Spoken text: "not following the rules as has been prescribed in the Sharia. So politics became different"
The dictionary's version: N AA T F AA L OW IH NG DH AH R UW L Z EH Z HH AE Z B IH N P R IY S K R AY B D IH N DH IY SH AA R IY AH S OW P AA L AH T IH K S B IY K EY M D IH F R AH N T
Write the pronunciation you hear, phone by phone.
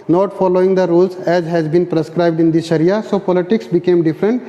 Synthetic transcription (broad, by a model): N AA T F AA L OW IH NG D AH R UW L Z EH Z HH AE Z B IH N P R IY S K R AY B D IH N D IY S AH R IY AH S OW P AA L AH T IH K S B IY K EY M D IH F R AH N T